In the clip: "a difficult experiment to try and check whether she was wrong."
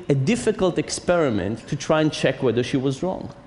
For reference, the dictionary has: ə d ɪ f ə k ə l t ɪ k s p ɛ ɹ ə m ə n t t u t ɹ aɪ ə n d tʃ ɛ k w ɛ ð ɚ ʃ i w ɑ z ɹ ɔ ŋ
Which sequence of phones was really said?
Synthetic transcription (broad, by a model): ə d ɪ f ə k ə l t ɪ k s p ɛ ɹ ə m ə n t t u t ɹ aɪ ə n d tʃ ɛ k w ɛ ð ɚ ʃ i w ɑ z ɹ ɔ ŋ